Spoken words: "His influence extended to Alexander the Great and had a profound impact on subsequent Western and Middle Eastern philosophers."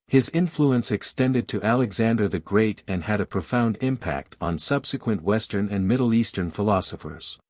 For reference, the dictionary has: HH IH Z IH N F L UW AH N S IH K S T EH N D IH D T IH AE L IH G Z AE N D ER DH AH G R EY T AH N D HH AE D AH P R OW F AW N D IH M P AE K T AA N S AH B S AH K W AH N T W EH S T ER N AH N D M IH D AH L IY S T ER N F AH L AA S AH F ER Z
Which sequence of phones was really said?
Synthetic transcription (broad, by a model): HH IH Z IH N F L UW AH N S IH K S T EH N D IH D T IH AE L IH G Z AE N D ER DH AH G R EY T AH N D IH D AH P R OW F AW N D IH M P AE K T N S AH B S AH K W AH N T W EH S T ER N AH N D M IH D L IY S T ER N F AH L AA S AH F ER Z